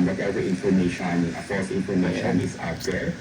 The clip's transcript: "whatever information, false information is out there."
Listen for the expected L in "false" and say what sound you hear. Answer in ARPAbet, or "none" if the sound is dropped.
none